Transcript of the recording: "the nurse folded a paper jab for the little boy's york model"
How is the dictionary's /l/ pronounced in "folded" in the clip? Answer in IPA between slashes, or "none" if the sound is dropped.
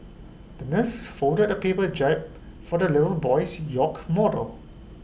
none